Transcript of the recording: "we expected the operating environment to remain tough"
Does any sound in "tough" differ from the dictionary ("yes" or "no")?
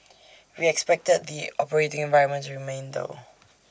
yes